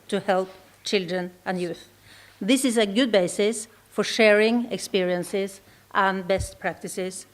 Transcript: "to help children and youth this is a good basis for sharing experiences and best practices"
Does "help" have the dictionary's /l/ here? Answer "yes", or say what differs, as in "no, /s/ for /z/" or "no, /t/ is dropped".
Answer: yes